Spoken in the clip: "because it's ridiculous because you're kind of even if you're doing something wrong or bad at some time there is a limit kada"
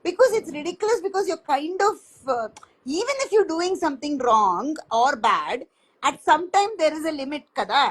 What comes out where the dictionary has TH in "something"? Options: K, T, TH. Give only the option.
T